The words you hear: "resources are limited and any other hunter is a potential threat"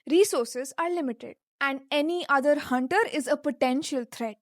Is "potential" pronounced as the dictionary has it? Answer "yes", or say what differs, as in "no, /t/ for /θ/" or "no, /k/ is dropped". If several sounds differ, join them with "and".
yes